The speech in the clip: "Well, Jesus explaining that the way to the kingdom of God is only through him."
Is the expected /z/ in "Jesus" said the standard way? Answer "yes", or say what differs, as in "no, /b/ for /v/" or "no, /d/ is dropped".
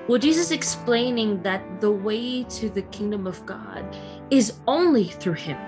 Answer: yes